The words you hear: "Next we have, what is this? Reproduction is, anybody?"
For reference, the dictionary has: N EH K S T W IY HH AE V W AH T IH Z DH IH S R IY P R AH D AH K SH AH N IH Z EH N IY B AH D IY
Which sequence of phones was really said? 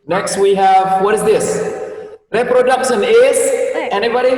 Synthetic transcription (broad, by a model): N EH K S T W IY HH AE V W AH T IH Z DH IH S R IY P R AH D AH K SH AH N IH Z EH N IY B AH D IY